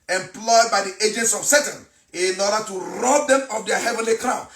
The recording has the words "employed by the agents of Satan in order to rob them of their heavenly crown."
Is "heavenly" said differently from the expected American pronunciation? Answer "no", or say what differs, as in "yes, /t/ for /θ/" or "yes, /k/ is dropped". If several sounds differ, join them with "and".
no